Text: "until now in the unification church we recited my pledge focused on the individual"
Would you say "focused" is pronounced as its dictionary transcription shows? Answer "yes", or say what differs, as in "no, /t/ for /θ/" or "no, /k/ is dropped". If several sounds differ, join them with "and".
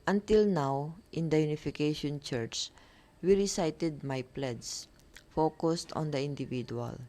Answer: yes